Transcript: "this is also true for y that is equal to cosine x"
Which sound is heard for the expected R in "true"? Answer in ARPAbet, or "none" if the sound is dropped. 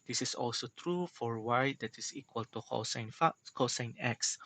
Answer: R